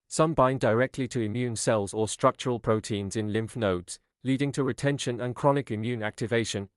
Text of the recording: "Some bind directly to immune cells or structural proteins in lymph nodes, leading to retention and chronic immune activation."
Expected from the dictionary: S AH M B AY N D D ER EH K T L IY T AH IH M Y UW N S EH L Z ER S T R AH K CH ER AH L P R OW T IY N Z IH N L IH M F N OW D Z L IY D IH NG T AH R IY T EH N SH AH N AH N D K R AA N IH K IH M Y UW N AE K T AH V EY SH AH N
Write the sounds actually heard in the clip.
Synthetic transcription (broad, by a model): S AH M B AY N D D ER EH K T L IY T AH IH M Y UW N S EH L Z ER S T R AH K CH ER AH L P R OW T IY N Z IH N L IH M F N OW D Z L IY D IH NG T AH R IY T EH N SH AH N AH N K R AA N IH K IH M Y UW N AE K T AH V EY SH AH N